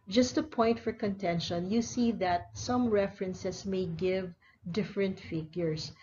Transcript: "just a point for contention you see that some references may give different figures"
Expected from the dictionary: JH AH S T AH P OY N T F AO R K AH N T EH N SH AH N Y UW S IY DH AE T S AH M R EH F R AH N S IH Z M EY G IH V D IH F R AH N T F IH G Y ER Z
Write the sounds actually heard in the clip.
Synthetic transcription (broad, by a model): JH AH S T AH P OY N T F AO R K AH N T EH N SH AH N Y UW S IY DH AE T S AH M R EH F R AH N S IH S M EY G IH V D IH F R AH N T F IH G Y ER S